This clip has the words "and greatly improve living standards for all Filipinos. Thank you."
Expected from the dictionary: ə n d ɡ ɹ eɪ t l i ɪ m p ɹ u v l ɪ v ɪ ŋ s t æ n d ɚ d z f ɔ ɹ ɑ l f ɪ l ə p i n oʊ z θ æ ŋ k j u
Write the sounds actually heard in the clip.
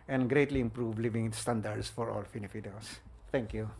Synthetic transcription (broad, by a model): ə n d ɡ ɹ eɪ t l i ɪ m p ɹ u v l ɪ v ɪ ŋ s t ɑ n d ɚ d s f ɔ ɹ ɑ l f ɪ n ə f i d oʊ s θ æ ŋ k j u